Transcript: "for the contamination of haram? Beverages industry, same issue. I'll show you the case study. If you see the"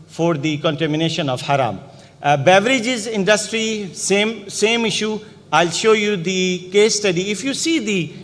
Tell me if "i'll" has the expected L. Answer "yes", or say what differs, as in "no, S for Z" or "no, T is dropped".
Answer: yes